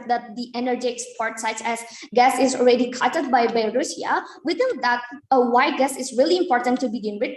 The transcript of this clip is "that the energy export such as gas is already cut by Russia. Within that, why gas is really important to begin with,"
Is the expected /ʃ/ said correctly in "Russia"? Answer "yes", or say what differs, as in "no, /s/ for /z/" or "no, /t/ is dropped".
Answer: no, /s/ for /ʃ/